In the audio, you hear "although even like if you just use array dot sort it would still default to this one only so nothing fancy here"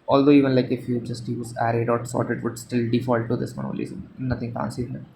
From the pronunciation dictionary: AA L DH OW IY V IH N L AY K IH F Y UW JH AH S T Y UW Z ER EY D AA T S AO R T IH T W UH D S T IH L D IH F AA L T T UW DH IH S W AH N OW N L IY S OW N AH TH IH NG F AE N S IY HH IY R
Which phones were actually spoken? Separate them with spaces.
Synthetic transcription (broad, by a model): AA L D OW IY V IH N L AY K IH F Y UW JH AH S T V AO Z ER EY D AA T S AO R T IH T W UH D S T IH L D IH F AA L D T UW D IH S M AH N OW L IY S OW N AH T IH NG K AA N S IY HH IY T